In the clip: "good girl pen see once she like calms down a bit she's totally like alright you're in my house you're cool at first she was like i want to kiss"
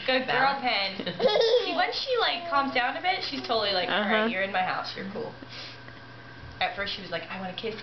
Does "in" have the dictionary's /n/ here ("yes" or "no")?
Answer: yes